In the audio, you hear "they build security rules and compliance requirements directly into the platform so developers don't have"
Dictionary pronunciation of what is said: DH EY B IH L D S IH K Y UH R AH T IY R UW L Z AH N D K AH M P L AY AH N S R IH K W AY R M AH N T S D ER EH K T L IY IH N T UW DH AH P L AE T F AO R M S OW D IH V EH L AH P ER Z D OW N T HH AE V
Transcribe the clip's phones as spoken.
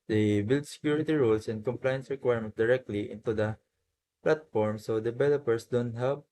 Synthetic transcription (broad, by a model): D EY B IH L D S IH K Y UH R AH T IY R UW L S AH N D K AH M P L AY AH N S R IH K W AY R M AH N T D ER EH K T L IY IH N T UW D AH P L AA T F AO R M S OW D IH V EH L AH P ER S D OW N T HH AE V